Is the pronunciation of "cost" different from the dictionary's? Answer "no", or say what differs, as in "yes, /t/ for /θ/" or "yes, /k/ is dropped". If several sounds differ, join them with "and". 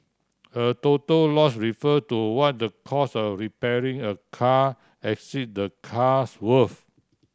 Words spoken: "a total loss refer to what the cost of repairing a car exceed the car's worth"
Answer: yes, /t/ is dropped